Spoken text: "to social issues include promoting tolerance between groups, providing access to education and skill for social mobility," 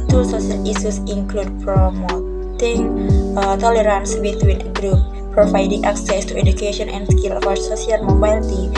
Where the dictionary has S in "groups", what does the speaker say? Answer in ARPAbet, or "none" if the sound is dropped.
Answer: none